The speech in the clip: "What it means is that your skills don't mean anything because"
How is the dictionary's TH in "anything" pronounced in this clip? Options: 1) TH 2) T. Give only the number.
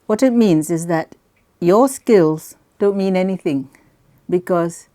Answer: 1